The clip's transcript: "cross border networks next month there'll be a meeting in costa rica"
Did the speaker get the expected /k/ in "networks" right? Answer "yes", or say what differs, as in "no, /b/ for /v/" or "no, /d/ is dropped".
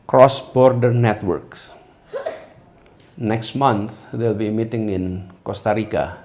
yes